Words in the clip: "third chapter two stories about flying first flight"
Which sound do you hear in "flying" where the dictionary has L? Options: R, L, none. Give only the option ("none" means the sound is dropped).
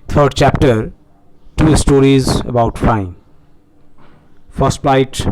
none